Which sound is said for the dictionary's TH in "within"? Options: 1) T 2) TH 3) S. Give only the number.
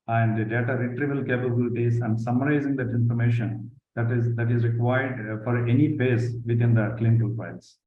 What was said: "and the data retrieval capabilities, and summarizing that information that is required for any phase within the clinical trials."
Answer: 1